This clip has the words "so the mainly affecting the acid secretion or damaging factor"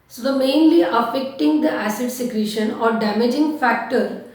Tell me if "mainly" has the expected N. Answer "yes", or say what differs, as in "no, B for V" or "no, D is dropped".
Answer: yes